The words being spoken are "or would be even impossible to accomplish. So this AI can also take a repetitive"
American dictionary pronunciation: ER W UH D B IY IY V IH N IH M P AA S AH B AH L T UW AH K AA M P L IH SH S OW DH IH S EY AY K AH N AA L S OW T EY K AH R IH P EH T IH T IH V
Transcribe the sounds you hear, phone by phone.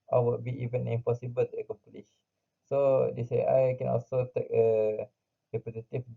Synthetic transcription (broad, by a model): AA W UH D B IY IY V IH N IH M P AA S AH B AH L T UW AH K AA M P L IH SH S OW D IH S EY AY K AH N AA L S OW T EY K AH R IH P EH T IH T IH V